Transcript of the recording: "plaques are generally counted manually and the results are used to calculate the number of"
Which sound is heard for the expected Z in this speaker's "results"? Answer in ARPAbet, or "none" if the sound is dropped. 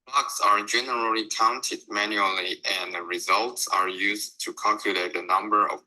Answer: Z